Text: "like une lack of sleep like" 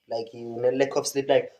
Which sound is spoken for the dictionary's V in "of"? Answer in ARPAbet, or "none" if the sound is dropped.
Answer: P